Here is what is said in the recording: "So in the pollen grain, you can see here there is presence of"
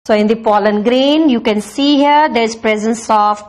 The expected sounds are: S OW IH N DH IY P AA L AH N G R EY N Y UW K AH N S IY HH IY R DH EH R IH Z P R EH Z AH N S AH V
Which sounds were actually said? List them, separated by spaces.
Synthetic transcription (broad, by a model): S OW IH N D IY P AA L AH N G R EY N Y UW K AH N S IY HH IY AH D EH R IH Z P R EH Z AH N S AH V